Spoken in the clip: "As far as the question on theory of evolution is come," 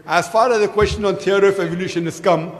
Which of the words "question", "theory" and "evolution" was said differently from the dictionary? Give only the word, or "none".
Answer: theory